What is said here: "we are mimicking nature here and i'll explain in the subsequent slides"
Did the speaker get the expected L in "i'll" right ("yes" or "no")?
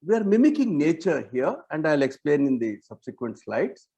yes